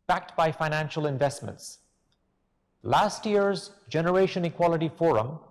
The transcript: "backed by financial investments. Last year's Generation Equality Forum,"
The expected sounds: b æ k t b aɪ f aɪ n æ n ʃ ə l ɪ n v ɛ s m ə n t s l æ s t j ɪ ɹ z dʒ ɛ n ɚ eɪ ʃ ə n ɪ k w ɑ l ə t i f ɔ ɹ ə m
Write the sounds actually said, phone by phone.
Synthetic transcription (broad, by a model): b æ k t b aɪ f aɪ n æ n ʃ ə l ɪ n v ɛ s m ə n t s l æ s t j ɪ ɹ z dʒ ɛ n ɚ eɪ ʃ ə n ɪ k w ɑ l ə t i f ɔ ɹ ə m